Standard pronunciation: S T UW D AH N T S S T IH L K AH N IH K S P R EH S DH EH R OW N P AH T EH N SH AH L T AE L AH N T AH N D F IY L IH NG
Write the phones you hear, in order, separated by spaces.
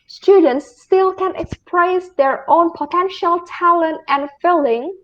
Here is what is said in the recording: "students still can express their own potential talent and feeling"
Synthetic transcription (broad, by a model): S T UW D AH N T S S T IH L K AH N IH K S P R EH S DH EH R OW N P AH T EH N SH AH L T AE L AH N T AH N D F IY L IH NG